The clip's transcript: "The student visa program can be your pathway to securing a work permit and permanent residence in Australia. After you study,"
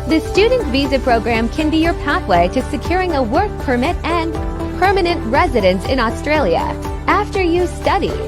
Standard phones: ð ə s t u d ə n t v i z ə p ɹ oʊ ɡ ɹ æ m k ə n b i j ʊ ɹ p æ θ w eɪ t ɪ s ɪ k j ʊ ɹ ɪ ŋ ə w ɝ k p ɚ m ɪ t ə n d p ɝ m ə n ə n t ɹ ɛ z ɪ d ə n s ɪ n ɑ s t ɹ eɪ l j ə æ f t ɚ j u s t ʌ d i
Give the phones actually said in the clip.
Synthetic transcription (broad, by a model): ð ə s t u d n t v i z ə p ɹ oʊ ɡ ɹ æ m k ə n b i j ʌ ɹ p æ θ w eɪ t ɪ s ɪ k j ʊ ɹ ɪ ŋ ə w ɝ k p ɚ m ɪ t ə n p ɝ m ə n ə n t ɹ ɛ z ɪ d ə n s ɪ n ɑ s t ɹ eɪ l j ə æ f t ɚ j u s t ʌ d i